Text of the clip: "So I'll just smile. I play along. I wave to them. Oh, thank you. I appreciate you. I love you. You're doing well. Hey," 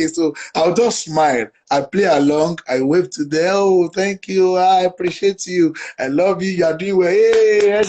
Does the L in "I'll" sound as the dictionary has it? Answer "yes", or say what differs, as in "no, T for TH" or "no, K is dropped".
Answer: no, W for L